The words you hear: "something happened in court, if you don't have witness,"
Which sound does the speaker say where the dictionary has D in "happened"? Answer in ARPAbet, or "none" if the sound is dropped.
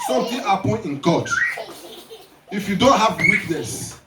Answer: none